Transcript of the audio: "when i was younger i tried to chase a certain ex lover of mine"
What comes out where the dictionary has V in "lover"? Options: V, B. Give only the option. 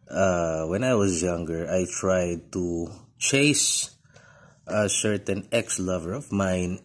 V